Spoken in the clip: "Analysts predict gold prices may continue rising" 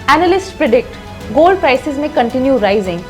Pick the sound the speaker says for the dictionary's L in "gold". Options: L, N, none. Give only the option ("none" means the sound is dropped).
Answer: L